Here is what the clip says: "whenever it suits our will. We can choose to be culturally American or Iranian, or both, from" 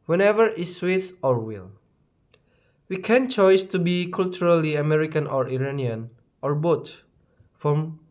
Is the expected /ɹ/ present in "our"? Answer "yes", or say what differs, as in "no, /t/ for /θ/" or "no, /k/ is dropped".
yes